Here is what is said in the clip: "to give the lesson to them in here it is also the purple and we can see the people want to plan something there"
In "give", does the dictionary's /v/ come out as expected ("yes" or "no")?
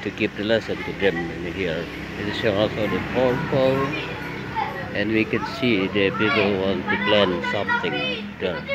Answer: no